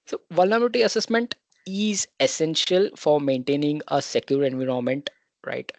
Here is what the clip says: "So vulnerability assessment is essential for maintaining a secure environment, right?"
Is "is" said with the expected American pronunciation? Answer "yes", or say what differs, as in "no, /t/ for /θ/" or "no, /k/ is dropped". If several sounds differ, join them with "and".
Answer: yes